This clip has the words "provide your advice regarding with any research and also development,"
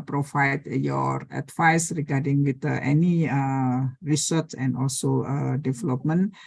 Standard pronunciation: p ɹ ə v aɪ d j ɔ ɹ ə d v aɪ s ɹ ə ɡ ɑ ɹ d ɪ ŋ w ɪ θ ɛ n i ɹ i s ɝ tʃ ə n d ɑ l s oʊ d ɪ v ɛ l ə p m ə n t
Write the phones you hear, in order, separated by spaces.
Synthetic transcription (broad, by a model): p ɹ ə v aɪ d j ɔ ɹ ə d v aɪ s ɹ ə ɡ ɑ ɹ d ɪ ŋ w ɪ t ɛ n i ɹ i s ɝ s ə n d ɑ l s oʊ d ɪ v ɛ l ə p m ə n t